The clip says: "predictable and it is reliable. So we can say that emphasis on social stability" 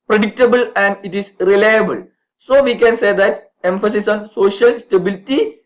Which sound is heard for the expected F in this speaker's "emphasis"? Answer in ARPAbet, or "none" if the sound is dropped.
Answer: F